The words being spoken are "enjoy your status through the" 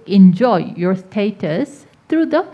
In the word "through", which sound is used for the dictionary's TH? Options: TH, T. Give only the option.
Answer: T